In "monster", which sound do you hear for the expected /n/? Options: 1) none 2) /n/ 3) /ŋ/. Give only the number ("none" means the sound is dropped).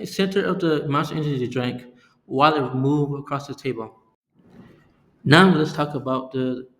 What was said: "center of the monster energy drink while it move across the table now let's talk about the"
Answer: 1